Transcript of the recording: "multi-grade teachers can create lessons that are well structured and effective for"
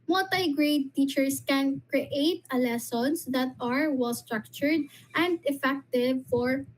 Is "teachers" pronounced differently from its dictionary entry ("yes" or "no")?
yes